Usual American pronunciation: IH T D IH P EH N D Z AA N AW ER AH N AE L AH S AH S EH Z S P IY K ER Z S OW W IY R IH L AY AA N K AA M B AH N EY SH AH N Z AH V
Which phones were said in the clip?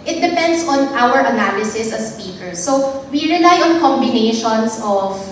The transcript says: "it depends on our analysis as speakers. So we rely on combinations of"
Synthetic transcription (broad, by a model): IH T D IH P EH N D S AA N AW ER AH N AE L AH S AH S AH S P IY K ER S OW W IY R IH L AY AA N K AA M B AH N EY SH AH N S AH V